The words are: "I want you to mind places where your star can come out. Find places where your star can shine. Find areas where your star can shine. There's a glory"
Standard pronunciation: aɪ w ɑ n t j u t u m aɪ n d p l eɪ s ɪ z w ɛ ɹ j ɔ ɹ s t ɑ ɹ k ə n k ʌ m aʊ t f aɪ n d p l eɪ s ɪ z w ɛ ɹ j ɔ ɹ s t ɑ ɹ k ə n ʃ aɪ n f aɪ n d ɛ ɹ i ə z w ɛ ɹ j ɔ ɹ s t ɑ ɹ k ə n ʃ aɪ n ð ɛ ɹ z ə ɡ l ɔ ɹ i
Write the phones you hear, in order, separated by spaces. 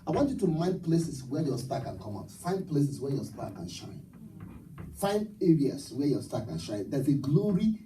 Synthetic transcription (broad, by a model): aɪ w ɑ n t j u t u m aɪ n d p l eɪ s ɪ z w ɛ j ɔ s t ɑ k ə n k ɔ m aʊ t f aɪ n d p l eɪ s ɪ s w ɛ j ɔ s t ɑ k ə n ʃ aɪ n f aɪ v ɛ ɹ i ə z w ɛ j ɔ s t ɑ k ə n ʃ aɪ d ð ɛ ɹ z ə ɡ l ɔ ɹ i